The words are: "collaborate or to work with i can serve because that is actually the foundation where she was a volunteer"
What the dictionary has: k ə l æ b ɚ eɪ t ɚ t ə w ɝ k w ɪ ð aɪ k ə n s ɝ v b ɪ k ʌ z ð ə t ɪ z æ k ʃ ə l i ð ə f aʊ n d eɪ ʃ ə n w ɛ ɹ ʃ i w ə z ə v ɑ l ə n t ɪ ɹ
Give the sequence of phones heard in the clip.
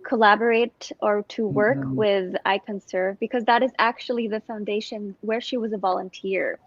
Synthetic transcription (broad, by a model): k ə l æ b ɚ eɪ t ɚ t ə w ɝ k w ɪ ð aɪ k ə n s ɝ v b ɪ k ʌ z ð ə t ɪ z æ k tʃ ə l i ð ə f aʊ n d eɪ ʃ ə n w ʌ ɹ ʃ i w ə z ə v ɑ l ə n t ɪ ɹ